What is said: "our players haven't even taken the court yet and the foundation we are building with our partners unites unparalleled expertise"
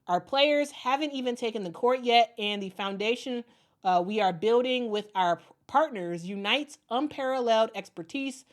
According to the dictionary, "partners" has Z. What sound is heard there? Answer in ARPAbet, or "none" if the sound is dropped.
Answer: Z